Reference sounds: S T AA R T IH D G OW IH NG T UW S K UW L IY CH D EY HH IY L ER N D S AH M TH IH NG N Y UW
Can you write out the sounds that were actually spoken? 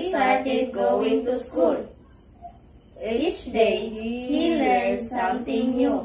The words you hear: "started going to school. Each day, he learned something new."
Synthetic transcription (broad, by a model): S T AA R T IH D G OW IH NG T UW S K UW L IY CH D EY HH IY L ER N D S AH M T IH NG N Y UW